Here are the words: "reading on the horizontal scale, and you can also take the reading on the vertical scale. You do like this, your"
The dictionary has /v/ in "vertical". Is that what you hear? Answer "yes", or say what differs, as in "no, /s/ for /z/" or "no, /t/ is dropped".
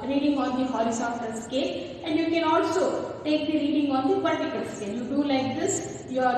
no, /p/ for /v/